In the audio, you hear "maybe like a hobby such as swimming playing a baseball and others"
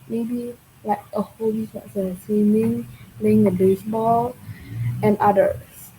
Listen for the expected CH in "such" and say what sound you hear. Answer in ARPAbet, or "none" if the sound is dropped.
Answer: S